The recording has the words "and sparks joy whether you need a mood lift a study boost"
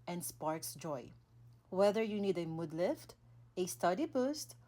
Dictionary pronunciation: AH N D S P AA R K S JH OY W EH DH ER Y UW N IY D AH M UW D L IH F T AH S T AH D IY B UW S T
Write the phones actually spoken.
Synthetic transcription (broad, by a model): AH N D S P AA R K S JH OY W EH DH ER Y UW N IY D AH M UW D L IH F T AH S T AH D IY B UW S T